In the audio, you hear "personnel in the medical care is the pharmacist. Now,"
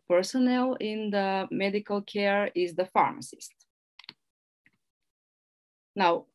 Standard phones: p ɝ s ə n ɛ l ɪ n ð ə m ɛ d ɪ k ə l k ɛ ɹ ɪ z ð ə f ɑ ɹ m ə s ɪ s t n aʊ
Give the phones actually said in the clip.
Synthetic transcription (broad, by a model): p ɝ s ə n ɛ l ɪ n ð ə m ɛ d ɪ k ə l k ɛ ɹ ɪ z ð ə f ɑ ɹ m ə s ɪ s t n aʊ